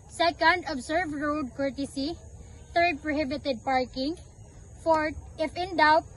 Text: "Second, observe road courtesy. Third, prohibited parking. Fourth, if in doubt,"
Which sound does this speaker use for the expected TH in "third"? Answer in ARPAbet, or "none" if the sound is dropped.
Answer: T